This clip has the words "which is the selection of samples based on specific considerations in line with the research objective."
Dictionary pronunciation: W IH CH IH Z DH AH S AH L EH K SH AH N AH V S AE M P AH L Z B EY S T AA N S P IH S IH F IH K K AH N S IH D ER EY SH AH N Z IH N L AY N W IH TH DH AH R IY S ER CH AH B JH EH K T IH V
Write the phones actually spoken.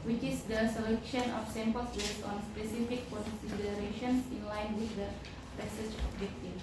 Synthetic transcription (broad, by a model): W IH CH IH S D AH S AH L EH K SH AH N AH F S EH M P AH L S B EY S AA N S P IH S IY F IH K K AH N S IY D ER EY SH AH N S IH N L AY N W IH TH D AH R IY S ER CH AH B JH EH K T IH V